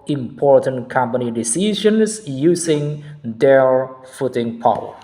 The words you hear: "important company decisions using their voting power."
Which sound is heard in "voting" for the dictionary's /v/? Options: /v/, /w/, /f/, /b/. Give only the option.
/f/